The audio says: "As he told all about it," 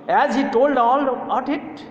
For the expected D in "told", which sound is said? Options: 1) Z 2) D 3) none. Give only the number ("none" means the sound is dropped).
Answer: 2